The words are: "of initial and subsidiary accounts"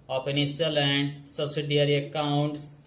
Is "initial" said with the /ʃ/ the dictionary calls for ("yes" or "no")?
no